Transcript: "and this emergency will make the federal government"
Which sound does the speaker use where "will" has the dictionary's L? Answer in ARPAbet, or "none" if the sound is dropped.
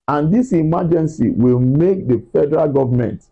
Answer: L